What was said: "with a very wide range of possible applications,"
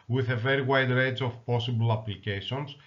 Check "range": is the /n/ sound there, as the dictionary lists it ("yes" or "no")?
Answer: no